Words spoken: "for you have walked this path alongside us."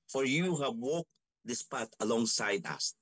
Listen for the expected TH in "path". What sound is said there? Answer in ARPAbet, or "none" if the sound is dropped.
T